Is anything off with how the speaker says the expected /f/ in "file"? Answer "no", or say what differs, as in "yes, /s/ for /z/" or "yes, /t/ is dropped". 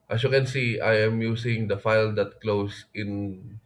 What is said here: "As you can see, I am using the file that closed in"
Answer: no